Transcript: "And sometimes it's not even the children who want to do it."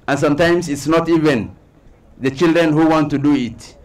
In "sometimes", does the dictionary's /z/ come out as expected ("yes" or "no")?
no